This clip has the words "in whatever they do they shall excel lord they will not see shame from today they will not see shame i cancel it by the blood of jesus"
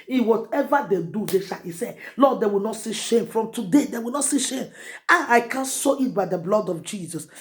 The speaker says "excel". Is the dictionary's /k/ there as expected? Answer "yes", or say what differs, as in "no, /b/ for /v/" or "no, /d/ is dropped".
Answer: no, /k/ is dropped